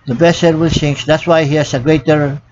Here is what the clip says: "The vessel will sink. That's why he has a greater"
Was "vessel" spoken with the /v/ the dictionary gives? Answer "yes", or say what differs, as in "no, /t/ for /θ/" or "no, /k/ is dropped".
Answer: no, /b/ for /v/